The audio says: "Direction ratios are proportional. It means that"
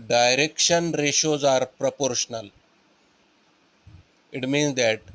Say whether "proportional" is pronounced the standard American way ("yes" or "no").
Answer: yes